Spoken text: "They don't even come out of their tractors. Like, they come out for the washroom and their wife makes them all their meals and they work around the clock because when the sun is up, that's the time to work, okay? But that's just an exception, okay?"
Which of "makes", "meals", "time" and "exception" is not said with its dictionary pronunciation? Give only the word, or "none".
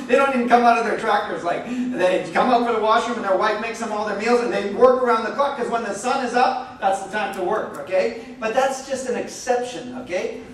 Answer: none